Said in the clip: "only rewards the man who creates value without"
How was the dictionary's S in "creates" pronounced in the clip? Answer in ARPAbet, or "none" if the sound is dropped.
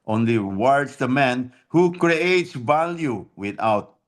S